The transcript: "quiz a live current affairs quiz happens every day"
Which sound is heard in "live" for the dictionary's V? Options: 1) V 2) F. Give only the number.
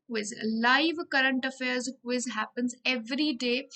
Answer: 1